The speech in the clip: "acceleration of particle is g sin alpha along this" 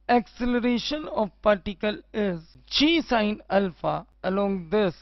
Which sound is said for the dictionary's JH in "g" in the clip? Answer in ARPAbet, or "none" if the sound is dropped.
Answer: CH